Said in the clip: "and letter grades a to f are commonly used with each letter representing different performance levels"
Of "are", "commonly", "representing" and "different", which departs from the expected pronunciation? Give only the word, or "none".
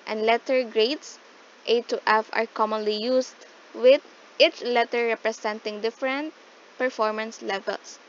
representing